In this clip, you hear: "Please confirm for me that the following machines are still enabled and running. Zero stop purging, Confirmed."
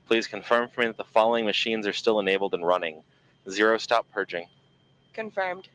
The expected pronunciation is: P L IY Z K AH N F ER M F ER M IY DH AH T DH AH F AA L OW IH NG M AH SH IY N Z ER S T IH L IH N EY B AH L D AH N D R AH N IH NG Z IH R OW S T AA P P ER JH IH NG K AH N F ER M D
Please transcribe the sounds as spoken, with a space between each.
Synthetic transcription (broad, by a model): P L IY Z K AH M F ER M F ER M IY DH AH T DH AH F AA L OW IH NG M AH SH IY N Z ER S T IH L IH N EY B L D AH N R AH N IH NG Z IH R OW S T AA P P ER JH IH NG K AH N F ER M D